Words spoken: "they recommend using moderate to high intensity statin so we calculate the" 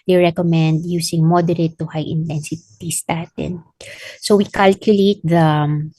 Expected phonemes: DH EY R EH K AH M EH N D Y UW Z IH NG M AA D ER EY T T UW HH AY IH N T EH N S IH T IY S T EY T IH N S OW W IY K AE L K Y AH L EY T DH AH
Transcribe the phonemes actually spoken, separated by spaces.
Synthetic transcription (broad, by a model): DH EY R EH K AH M EH N D Y UW S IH NG M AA D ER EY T T UW HH AY IH N T EH N S IH T IY S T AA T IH N S OW W IY K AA L K Y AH L EY T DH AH